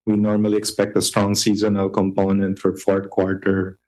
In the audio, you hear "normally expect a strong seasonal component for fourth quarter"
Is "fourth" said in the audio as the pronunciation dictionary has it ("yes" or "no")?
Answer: no